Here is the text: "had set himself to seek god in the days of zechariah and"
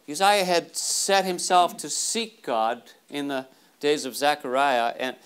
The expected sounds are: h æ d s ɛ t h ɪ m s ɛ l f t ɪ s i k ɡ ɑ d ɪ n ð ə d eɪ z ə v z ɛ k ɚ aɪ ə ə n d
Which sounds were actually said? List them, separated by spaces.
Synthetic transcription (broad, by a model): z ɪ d s ɛ t h ɪ m s ɛ l f t ɪ s i k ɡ ɑ d ɪ n ð ə d eɪ z ə v z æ k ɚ aɪ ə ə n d